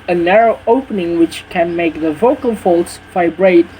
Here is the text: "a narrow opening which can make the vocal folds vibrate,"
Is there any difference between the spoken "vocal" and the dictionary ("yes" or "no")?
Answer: no